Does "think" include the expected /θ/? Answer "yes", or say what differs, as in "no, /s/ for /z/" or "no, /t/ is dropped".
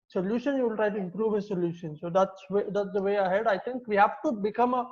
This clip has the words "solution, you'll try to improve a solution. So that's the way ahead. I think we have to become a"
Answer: no, /t/ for /θ/